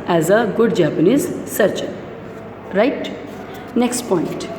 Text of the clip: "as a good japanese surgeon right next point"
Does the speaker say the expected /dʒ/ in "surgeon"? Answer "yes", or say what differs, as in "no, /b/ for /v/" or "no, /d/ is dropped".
no, /tʃ/ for /dʒ/